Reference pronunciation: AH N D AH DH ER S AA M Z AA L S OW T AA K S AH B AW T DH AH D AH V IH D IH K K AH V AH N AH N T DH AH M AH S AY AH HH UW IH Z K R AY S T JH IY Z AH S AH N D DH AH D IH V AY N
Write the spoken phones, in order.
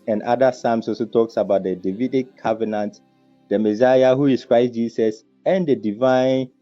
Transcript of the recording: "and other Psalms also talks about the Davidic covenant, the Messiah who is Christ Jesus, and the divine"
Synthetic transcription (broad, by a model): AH N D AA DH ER S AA M S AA S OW T AA K S AH B AW T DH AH D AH V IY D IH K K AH V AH N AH N T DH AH M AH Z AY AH HH UW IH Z K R AY S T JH IY S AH S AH N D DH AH D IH V AY N